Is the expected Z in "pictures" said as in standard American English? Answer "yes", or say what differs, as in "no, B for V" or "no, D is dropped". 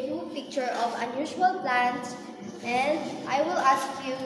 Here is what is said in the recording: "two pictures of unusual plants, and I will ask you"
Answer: no, Z is dropped